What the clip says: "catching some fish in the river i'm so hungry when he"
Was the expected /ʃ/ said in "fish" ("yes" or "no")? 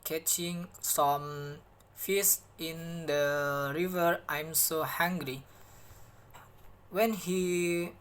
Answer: no